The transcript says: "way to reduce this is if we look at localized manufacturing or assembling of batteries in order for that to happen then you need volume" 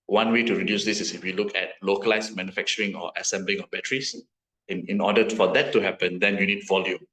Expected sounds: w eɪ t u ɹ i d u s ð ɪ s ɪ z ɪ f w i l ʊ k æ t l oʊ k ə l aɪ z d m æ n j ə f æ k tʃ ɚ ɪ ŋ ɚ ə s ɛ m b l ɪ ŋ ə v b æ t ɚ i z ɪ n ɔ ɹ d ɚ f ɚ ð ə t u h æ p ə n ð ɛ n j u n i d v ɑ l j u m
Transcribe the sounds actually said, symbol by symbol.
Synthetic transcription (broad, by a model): w eɪ t u ɹ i d u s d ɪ s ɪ s ɪ f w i l ʊ k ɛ t l oʊ k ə l aɪ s m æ n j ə f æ k tʃ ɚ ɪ ŋ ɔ ə s ɛ m b l ɪ ŋ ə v b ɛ t ɚ i s ɪ n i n d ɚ f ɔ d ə t u h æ p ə n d ɛ n j u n i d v ɑ l j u m